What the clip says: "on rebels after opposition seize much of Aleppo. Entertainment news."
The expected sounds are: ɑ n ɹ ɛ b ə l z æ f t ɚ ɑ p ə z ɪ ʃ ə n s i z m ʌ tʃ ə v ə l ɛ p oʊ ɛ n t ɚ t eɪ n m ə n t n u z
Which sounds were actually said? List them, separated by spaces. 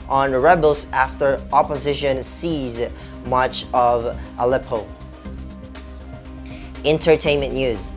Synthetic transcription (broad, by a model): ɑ n ɹ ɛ b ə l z æ f t ɚ ɑ p ə z ɪ ʃ ə n s i z m ʌ tʃ ə v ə l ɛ p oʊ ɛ n t ɚ t eɪ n m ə n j u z